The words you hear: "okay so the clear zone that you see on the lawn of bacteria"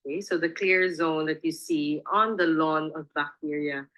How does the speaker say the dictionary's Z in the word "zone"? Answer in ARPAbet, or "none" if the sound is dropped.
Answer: Z